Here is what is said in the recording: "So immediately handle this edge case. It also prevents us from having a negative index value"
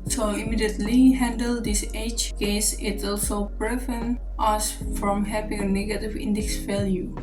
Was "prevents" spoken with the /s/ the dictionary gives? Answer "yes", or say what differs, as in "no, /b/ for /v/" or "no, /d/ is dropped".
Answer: no, /s/ is dropped